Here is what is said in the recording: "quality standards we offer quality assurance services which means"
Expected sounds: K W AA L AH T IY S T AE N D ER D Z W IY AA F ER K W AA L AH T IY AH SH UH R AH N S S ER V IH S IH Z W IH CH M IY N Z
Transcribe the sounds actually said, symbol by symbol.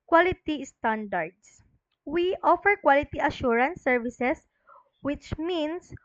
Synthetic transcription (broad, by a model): K W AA L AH T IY S T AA N D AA D S W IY AA F ER K W AA L AH T IY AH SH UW R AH N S S ER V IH S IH S W IH CH M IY N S